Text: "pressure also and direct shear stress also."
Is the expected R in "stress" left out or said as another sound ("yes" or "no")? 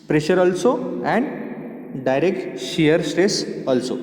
no